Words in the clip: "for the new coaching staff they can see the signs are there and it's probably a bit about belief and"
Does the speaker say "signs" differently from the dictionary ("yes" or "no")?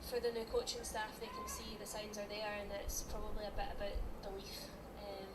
no